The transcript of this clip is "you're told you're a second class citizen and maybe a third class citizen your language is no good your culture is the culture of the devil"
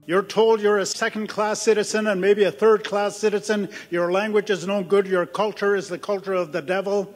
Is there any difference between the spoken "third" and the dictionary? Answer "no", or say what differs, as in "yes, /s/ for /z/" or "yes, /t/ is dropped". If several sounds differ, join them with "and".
no